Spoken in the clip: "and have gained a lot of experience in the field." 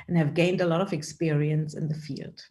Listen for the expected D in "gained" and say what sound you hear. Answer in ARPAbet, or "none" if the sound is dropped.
D